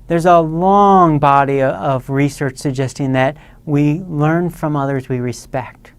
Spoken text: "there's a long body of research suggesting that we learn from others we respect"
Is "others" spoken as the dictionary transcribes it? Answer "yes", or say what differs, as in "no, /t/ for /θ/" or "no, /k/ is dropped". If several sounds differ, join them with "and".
yes